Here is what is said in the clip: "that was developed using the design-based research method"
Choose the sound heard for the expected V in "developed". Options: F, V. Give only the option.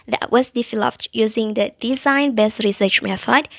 F